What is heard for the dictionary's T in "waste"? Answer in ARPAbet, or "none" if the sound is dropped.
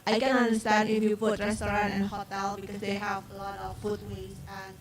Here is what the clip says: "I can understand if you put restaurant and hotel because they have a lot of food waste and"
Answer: none